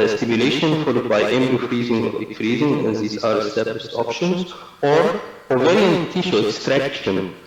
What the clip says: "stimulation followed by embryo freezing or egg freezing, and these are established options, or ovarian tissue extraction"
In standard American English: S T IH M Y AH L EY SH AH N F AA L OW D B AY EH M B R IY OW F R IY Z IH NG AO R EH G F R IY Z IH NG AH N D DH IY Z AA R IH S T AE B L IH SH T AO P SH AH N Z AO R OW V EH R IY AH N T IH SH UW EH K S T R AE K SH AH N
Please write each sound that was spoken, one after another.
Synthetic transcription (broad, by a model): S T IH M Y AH L EY SH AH N F AA L OW D B AY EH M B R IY F R IY Z IH NG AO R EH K F R IY Z IH NG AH N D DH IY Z AA R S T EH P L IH S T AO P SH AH N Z AO R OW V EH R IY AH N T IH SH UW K S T R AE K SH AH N